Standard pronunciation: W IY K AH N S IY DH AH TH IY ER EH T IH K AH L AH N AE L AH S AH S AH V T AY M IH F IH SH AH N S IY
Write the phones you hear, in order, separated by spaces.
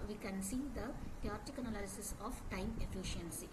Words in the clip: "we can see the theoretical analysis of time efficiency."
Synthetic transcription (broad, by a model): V IY K AH N S IY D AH T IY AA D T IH K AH N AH L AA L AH S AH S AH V T AY M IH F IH SH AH N S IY